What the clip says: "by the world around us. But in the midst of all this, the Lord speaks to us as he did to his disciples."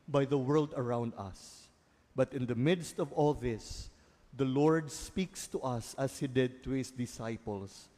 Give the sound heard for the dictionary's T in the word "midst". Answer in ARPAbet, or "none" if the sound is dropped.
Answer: T